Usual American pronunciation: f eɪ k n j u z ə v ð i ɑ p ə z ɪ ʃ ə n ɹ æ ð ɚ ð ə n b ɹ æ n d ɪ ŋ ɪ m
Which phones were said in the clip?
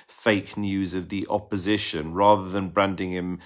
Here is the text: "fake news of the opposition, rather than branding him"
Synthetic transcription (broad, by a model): f eɪ k n j u z ə v ð i ɑ p ə z ɪ ʃ ə n ɹ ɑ ð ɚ ð ə n b ɹ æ n d ɪ ŋ ɪ m